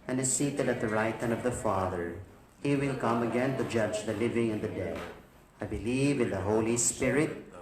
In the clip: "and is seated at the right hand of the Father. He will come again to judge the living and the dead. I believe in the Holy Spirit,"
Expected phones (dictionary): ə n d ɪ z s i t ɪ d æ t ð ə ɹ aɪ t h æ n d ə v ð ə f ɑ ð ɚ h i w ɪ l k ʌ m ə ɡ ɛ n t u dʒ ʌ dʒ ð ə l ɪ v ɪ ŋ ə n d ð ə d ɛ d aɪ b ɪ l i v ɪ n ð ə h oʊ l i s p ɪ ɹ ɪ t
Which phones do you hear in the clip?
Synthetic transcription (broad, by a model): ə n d ɪ z s i t ɪ d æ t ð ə ɹ aɪ t h æ n d ə v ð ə f ɑ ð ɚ h i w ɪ l k ʌ m ə ɡ ɛ n t u dʒ ʌ dʒ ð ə l ɪ v ɪ ŋ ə n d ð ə d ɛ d aɪ b ɪ l i v ɪ n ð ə h oʊ l i s p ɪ ɹ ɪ t